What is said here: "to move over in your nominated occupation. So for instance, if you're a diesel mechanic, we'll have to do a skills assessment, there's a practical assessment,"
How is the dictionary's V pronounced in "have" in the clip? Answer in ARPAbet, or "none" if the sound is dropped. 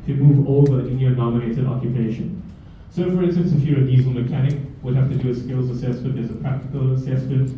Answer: F